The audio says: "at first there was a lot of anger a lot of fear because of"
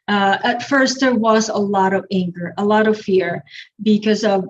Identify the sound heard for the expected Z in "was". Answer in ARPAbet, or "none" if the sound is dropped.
Z